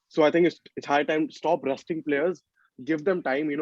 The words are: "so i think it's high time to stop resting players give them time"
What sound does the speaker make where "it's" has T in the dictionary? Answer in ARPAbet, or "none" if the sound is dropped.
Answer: S